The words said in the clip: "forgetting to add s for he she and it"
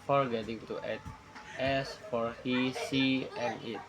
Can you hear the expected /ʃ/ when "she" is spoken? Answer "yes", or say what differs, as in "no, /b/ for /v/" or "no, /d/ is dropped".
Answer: no, /s/ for /ʃ/